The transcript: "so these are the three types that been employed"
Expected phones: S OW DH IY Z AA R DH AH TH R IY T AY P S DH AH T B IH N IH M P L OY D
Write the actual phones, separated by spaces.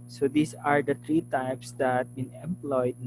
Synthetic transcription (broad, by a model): S OW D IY S AA R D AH T R IY T AY P S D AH T B IH N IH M P L OY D